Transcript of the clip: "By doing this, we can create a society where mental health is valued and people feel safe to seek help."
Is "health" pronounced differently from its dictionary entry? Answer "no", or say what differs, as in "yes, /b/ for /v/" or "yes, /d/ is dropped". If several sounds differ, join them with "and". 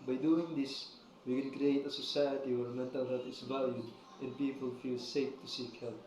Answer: yes, /t/ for /θ/